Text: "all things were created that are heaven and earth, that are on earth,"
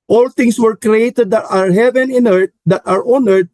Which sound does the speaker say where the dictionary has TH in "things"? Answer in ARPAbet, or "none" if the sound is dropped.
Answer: T